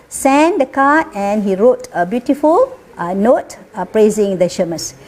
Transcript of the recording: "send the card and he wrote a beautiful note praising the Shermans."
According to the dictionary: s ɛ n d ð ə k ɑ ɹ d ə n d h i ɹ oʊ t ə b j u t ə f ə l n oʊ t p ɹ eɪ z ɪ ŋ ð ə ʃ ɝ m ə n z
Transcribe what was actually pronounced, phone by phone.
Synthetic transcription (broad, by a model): s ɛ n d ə k ɑ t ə n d h i ɹ oʊ t ə b j u t ə f ə l n oʊ t p ɹ eɪ z ɪ ŋ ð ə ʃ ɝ m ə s